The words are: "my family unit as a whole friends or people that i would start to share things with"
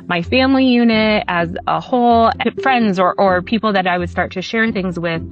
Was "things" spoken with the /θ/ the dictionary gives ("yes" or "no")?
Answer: yes